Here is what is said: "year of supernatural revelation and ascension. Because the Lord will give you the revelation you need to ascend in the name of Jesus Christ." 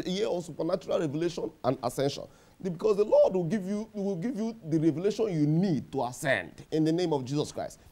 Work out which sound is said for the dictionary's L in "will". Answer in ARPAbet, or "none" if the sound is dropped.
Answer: W